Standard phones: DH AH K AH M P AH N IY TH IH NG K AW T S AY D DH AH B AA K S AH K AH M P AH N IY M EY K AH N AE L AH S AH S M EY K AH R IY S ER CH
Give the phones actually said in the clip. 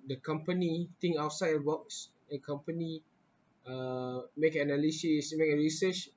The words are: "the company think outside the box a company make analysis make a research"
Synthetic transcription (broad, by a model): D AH K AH M P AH N IY T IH NG AW T S AY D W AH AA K S AH K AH M P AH N IY M EY K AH N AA L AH S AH S M EY K AH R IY S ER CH